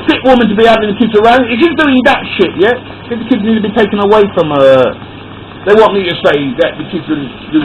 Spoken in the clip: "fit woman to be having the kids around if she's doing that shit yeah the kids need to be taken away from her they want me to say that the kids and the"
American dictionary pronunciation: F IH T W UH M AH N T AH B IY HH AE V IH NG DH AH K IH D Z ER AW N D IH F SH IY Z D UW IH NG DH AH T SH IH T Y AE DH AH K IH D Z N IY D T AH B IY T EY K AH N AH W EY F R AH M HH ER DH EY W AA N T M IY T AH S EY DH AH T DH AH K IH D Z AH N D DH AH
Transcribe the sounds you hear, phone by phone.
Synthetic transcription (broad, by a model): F IH T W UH M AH N T AH B IY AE IH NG DH AH K IH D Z ER AW N D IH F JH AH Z D UW IH NG DH AH T SH IH T Y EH DH AH K IH D Z N IY D T AH B IY T EY K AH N AH W EY F R AH M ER DH EY W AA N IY T AH S EY DH AH T DH AH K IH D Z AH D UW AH